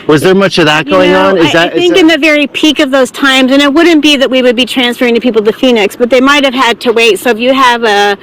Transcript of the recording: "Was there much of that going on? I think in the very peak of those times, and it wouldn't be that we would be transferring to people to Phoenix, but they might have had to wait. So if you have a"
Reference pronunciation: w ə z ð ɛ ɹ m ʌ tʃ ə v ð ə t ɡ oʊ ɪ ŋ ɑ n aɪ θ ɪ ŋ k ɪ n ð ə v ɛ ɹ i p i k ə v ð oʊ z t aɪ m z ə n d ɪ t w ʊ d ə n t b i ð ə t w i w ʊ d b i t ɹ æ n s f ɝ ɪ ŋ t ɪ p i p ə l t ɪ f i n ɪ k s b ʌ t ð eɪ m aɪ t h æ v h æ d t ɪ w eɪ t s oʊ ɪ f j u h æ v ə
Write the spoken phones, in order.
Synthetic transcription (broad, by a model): w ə z ð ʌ ɹ m ʌ tʃ ə v ð ə t ɡ oʊ ɪ ŋ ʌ n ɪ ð ɪ ŋ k ɪ n ð ə v ɛ ɹ i p i k ə v ð oʊ z t aɪ m z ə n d ɪ t w ʊ d n b i ð ə t w i w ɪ d b i t ɹ æ n s f ɝ ɪ ŋ t ɪ p i p l t ɪ f i n ɪ k s b ʌ t ð eɪ m aɪ t h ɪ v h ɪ d t ɪ w eɪ t s oʊ ɪ f j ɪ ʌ v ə